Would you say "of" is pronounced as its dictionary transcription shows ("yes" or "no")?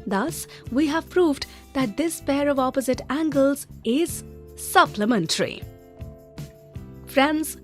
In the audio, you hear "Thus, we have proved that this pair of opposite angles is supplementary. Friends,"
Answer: yes